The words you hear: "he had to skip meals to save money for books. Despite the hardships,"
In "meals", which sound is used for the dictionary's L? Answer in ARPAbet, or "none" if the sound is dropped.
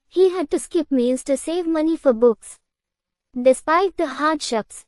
N